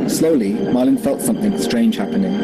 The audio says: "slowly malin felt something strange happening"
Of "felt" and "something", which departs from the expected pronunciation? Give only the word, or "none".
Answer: none